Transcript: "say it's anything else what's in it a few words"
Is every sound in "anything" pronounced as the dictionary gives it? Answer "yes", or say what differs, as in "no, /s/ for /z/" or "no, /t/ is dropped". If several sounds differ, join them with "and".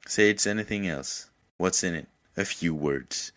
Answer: yes